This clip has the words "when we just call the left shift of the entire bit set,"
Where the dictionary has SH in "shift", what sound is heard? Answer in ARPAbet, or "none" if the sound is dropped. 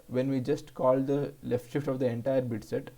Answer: SH